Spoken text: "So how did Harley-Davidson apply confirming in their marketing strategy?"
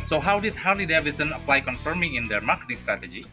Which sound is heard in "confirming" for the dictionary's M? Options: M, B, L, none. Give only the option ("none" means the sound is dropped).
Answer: M